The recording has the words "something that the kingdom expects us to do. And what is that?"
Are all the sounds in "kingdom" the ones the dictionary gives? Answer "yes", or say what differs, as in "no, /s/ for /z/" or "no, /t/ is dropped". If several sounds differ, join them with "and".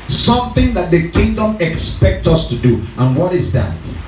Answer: yes